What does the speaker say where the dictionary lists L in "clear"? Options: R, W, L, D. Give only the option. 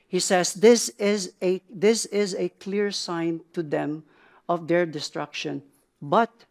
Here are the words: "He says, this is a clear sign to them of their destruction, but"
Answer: L